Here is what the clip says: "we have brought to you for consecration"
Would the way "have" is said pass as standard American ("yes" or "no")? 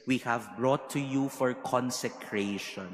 yes